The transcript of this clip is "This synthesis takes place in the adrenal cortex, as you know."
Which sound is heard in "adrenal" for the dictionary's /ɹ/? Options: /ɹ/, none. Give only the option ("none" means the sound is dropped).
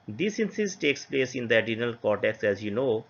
none